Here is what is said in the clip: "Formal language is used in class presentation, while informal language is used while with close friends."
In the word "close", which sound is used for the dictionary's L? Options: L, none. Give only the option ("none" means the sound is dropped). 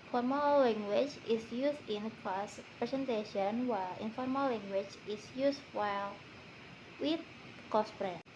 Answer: none